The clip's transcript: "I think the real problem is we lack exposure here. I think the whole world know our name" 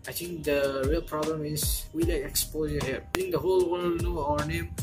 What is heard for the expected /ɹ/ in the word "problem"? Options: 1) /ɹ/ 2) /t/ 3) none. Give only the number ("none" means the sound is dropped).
1